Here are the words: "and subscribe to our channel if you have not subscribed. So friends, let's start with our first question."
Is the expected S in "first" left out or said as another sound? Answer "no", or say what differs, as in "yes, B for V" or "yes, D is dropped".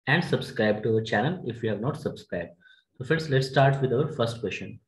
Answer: no